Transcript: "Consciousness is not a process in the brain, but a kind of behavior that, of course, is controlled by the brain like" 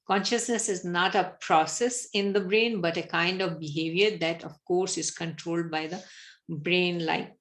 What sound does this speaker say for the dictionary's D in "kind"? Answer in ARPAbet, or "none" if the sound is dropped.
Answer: D